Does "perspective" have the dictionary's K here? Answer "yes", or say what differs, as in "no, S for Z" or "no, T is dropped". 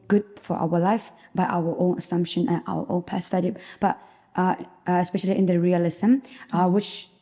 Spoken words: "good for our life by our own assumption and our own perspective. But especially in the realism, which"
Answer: no, K is dropped